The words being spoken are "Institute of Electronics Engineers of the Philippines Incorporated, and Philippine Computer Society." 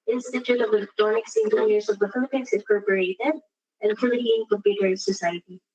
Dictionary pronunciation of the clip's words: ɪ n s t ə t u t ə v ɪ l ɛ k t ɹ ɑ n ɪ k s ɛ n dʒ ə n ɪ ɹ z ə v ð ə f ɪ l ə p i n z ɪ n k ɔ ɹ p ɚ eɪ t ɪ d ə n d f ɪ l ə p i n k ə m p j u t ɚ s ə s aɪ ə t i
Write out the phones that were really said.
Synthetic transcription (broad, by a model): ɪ n s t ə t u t ə v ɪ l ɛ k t ɑ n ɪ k s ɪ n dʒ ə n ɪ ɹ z ə v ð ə f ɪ l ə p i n s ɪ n k ɔ ɹ p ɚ eɪ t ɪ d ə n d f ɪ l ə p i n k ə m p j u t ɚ s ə s aɪ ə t i